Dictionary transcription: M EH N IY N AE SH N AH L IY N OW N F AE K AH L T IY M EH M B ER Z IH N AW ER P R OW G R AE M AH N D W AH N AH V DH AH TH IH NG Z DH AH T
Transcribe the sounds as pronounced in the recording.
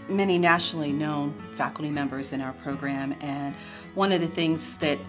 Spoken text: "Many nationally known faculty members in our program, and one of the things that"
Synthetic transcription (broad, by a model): M EH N IY N AE SH N L IY N OW N F AE K L T IY M EH M B ER Z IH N AW ER P R OW G R AE M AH N W AH N AH V DH AH TH IH NG Z DH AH T